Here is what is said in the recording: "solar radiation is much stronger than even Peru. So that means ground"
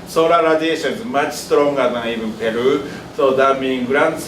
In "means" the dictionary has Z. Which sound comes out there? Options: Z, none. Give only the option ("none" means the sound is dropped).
none